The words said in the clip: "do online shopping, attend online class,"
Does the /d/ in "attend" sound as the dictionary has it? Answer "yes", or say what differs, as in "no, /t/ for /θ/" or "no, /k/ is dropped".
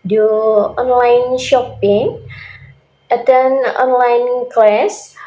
no, /d/ is dropped